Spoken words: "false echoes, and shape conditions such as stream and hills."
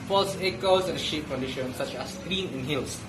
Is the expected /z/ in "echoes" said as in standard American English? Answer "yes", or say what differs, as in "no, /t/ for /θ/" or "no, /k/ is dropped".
no, /s/ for /z/